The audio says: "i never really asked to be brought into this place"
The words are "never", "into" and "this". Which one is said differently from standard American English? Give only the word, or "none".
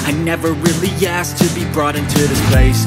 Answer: none